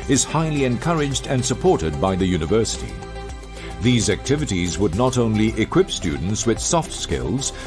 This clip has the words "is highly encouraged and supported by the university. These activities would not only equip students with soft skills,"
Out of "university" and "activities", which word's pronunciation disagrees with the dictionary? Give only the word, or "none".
none